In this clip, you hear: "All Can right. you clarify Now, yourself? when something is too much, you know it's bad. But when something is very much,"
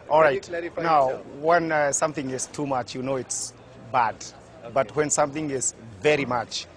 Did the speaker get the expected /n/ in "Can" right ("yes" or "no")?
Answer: no